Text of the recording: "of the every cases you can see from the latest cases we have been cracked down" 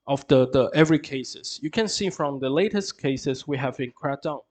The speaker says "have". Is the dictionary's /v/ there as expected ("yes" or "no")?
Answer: yes